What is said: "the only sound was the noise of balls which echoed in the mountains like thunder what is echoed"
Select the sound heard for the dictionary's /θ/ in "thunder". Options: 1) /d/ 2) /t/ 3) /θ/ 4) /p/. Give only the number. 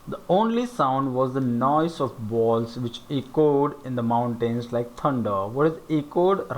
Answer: 2